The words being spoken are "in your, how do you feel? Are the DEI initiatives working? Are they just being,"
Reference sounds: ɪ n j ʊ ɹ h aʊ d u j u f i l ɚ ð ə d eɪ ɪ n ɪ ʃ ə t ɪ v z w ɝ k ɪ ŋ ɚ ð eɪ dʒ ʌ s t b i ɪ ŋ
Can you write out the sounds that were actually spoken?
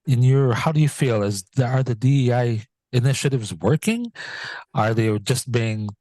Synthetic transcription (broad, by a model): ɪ n j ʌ ɹ h aʊ d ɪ j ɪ f i l ɚ ð ə d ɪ ɪ n ɪ ʃ ə t ɪ v z w ɝ k ɪ ŋ ɚ ð eɪ dʒ ʌ s t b i ɪ ŋ